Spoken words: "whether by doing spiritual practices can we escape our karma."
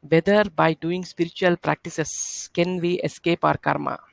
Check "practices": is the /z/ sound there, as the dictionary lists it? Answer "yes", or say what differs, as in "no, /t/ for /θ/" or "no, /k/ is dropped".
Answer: no, /s/ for /z/